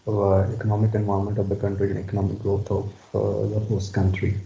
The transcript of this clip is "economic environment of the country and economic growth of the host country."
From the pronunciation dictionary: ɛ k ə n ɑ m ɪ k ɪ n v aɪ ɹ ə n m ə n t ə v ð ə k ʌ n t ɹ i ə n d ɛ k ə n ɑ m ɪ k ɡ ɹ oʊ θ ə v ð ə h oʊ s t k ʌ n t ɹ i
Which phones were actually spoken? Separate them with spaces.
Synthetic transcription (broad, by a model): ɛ k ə n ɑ m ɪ k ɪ n v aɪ ə m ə n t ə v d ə k ʌ n t ɹ i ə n ɛ k ə n ɑ m ɪ k ɡ ɹ oʊ t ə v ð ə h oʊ s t k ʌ n t ɹ i